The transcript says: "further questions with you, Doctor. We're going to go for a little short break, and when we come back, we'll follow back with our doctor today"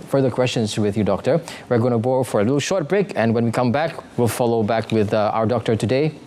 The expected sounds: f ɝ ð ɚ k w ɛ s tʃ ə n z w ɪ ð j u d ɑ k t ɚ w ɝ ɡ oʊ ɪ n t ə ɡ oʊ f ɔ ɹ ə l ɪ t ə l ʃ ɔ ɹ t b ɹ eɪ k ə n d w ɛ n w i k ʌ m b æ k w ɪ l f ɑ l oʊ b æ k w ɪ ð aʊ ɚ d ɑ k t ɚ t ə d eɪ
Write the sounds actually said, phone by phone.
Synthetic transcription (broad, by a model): f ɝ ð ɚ k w ɛ s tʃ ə n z w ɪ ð j u d ɑ k t ɚ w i ɡ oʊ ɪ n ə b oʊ f ɔ ɹ ə l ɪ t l ʃ ɔ ɹ t b ɹ eɪ k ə n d w ɛ n w i k ʌ m b æ k w ɪ l f ɑ l oʊ b æ k w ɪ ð aʊ ɚ d ɑ k t ɚ t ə d eɪ